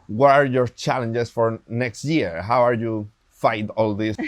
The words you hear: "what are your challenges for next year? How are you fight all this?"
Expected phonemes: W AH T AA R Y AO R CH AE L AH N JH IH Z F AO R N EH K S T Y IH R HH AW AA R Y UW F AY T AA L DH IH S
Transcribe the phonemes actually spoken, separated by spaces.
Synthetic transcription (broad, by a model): W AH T AA R Y AO R CH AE L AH N JH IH S F AO R N EH K S T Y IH R HH AW AA R Y UW F AY T AA L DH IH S